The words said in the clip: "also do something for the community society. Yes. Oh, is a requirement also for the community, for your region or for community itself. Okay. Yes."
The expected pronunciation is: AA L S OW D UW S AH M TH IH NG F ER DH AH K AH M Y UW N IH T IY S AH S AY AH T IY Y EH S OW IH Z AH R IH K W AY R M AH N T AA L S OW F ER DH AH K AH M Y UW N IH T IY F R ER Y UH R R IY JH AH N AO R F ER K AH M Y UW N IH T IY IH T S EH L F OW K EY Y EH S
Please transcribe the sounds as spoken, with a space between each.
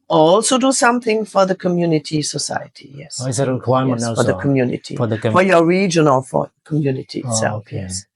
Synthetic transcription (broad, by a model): AA L S OW D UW S AH M TH IH NG F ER DH AH K AH M Y UW N IH T IY S AH S AY AH T IY Y EH S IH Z AH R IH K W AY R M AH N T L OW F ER DH AH K AH M Y UW N IH T IY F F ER Y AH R R IY JH AH N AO L F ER K AH M Y UW N IH T IY IH T S EH L F Y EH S